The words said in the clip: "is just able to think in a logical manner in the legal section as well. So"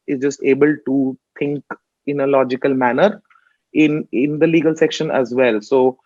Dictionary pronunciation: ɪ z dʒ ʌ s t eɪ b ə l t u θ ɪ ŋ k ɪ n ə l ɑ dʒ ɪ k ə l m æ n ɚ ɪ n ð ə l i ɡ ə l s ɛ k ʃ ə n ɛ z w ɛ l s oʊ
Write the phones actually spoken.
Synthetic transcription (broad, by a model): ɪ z dʒ ʌ s t eɪ b ə l t u t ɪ ŋ k ɪ n ə l ɑ dʒ ɪ k ə l m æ n ɚ ɪ n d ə l i ɡ ə l s ɛ k ʃ ə n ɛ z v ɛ l s oʊ